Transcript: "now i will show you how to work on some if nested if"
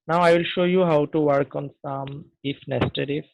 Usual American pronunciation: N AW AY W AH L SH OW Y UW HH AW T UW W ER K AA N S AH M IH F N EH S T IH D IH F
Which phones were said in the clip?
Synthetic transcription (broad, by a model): N AW AY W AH L SH OW Y UW HH AW T UW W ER K AA N S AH M IH F N EH S T IH D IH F